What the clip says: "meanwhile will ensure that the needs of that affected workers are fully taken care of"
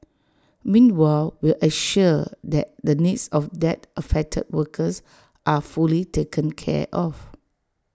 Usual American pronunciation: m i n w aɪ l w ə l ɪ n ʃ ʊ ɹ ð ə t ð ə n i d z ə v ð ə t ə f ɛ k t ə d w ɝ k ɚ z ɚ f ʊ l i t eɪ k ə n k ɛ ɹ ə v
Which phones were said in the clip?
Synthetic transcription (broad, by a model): m i n w aɪ l w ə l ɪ ʃ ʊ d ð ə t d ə n i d s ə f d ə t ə f ɛ k t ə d w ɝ k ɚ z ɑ f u l i t eɪ k ə n k ɛ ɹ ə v